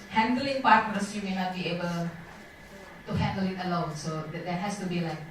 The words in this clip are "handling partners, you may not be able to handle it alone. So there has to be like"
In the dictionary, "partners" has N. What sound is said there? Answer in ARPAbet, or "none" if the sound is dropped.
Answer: none